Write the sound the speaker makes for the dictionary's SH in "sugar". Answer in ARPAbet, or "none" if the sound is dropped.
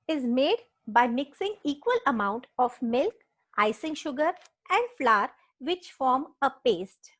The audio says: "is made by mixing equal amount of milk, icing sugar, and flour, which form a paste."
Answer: SH